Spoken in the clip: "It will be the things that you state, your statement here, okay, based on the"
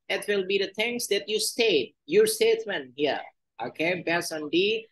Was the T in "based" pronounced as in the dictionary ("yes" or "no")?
no